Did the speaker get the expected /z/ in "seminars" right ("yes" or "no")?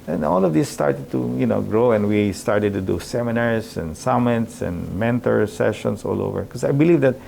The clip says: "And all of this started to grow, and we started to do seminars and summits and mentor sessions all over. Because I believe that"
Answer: no